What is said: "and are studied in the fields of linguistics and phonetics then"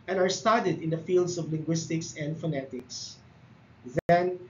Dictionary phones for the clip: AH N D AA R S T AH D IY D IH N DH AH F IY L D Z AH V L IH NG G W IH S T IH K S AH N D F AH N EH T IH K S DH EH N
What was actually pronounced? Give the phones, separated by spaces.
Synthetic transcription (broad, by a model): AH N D AA R S T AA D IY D IH N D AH F IY L D S AH V L IH NG G W IH S T IH K S AH N D F AH N EH T IH K S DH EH N